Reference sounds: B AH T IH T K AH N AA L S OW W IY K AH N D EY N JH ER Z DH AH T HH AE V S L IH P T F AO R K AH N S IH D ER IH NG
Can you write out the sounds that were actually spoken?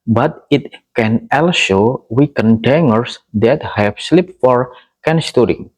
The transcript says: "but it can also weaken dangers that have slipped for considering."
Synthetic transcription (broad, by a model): B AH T IH T K AH N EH L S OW W IY K AH N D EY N ER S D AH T HH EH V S L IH P F AO R K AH N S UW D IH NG